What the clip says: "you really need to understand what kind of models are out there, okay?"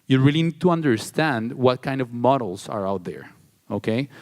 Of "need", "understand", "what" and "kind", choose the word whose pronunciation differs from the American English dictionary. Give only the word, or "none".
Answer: none